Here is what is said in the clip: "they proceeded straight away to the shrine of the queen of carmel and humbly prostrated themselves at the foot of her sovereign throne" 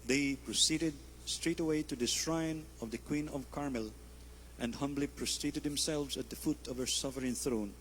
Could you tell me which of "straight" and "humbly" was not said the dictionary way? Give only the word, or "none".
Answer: none